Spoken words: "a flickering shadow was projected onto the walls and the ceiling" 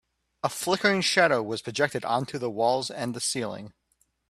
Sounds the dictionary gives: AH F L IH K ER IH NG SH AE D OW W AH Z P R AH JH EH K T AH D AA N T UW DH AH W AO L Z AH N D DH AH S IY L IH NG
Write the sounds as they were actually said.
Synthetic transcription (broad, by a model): AH F L IH K ER IH NG SH AE D OW W AH Z P R AH JH EH K T AH D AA N T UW DH AH W AO L Z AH N DH AH S IY L IH NG